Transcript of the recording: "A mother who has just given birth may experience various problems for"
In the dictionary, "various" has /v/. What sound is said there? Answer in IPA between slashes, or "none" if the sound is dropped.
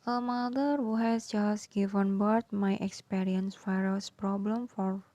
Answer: /f/